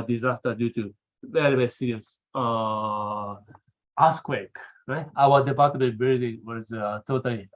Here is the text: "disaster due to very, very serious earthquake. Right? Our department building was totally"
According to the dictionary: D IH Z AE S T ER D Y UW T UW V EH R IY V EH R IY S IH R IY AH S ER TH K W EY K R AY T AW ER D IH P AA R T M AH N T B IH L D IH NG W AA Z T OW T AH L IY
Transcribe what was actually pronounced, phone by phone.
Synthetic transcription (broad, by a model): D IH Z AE S T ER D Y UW T UW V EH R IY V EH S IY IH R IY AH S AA S K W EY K R AY T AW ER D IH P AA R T AH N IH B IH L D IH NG W AA Z T OW T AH L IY